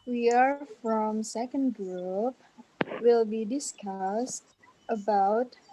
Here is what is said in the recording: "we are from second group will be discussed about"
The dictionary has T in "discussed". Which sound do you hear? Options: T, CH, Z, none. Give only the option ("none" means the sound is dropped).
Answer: T